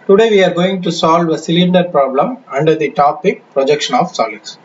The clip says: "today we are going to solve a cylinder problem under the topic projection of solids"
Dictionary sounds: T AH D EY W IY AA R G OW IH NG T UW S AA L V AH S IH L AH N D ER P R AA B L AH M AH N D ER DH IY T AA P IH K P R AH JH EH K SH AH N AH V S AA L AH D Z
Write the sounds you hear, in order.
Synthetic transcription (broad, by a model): T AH D EY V IY AA R G OW IH NG T UW S AA L V AH S IH L AH N D ER P R AA B L AH M AH N D ER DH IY T AA P IH K P R AH JH EH K SH AH N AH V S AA L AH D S